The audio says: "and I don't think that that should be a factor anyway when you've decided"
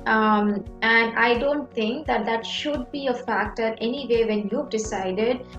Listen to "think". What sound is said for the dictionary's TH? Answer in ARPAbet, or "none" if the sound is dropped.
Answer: T